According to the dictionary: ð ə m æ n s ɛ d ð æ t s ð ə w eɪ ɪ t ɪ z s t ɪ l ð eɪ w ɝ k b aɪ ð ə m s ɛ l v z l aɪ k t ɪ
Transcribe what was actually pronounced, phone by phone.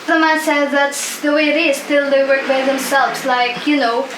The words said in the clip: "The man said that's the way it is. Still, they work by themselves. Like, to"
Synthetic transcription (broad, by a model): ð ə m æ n s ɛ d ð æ t s ð ə w eɪ ɪ t ɪ z s t ɪ l ð eɪ w ɝ k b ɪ ð ə m s ɛ l v z l aɪ k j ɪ